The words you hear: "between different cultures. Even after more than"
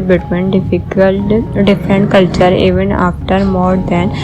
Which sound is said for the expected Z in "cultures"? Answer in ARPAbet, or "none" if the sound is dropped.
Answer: none